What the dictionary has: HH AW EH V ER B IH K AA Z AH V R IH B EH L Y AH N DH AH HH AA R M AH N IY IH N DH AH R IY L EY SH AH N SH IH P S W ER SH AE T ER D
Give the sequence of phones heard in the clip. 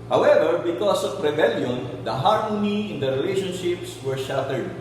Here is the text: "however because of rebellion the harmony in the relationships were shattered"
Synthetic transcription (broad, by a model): HH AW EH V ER B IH K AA S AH P R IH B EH L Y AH N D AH HH AA R M AH N IY IH N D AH R IY L EY SH AH N SH IH P S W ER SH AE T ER D